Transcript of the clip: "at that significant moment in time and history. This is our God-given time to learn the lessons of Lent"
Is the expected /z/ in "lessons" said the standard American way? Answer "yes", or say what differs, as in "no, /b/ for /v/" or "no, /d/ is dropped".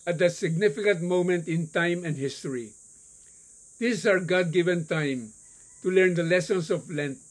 no, /s/ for /z/